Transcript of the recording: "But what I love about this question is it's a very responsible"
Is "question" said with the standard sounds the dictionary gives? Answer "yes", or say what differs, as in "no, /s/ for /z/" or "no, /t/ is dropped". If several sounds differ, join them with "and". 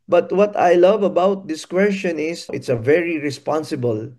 yes